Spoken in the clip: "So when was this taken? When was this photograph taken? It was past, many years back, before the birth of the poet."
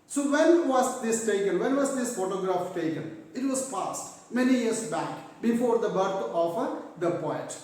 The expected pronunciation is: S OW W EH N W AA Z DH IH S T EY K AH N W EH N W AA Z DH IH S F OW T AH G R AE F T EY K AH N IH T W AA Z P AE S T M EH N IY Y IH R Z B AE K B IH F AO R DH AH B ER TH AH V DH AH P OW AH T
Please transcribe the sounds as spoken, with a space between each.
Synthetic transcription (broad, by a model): S OW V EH N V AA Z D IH S T EY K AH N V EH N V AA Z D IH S F OW T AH G R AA F T EY K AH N IH T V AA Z P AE S T M EH N IY Y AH R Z B AE K B IH F AO R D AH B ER F AH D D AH P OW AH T